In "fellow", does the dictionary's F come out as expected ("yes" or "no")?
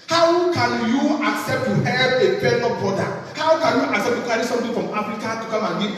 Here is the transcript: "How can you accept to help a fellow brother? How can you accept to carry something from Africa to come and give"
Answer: no